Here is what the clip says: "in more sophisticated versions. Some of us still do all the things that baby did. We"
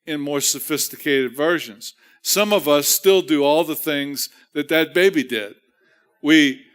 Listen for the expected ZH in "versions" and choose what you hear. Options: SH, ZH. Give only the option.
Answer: ZH